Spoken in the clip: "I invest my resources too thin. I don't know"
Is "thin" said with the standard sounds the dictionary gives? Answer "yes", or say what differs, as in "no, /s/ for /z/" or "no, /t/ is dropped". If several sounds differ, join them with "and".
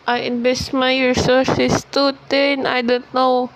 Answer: no, /t/ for /θ/